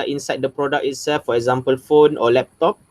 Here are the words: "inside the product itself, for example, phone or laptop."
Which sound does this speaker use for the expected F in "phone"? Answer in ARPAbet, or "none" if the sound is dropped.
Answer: F